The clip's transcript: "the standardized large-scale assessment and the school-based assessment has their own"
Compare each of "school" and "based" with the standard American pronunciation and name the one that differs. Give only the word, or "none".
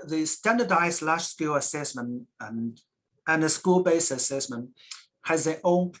based